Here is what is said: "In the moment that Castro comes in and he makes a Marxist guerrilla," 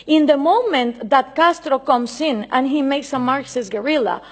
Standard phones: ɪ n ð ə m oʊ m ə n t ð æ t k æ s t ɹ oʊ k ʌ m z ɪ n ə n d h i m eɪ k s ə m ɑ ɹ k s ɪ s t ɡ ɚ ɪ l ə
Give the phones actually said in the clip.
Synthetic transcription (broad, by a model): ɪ n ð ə m oʊ m ə n t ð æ t k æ s t ɹ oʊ k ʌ m s ɪ n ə n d h i m eɪ k s ə m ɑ ɹ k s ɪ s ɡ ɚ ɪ l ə